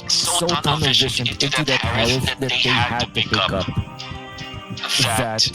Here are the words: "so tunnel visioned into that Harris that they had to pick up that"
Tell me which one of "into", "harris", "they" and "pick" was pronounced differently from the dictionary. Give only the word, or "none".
harris